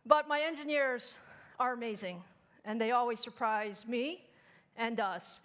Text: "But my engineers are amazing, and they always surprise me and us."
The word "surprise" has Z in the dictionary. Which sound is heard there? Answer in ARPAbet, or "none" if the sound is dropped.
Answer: Z